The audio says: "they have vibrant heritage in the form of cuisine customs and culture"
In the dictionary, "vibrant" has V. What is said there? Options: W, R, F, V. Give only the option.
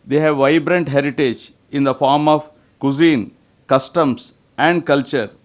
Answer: V